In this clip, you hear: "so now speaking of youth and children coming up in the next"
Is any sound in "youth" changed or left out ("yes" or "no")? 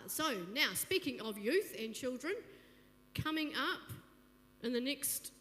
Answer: no